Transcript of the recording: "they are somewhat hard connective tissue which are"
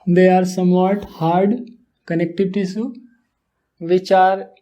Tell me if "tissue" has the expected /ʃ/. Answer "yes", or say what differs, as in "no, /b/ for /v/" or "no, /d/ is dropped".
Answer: no, /s/ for /ʃ/